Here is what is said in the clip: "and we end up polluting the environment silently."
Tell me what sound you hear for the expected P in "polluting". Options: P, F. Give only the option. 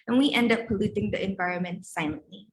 P